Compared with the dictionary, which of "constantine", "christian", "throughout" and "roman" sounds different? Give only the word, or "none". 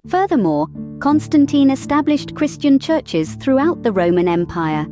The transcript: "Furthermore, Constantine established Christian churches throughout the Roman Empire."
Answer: none